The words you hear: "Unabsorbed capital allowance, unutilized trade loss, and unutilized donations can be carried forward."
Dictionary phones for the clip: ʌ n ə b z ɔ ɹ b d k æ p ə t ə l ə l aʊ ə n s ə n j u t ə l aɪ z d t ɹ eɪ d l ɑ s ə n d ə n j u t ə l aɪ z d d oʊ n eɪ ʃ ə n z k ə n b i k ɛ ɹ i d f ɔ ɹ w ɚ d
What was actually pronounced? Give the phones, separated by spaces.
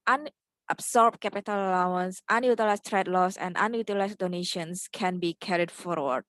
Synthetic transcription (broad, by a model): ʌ n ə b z ɔ ɹ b k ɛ p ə t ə l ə l aʊ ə n s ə n j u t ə l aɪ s t ɹ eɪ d l ɑ s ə n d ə n j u t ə l aɪ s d d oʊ n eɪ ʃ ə n s k ə n b i k ɛ ɹ i d f ɔ ɹ w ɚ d